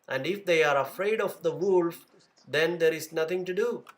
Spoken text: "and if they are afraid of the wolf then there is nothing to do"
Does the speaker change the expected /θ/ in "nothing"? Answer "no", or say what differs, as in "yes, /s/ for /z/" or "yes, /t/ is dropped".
yes, /t/ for /θ/